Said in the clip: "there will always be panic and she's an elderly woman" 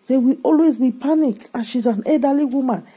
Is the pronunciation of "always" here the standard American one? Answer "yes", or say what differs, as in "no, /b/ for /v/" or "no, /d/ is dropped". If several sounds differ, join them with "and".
yes